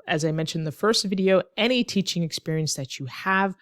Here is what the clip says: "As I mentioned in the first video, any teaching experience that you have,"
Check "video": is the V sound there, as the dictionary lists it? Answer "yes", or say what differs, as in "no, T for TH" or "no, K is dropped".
yes